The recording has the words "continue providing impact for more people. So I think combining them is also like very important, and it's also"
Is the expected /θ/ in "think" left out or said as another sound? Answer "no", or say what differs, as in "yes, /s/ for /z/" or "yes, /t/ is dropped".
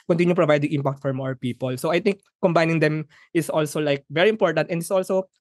yes, /t/ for /θ/